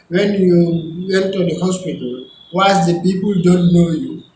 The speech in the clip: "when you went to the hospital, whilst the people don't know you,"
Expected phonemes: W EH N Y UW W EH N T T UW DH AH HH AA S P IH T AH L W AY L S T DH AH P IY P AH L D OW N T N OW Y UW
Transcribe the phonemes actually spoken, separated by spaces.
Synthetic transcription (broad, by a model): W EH N Y UW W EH N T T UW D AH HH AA S P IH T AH L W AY S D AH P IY P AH L D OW N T N OW Y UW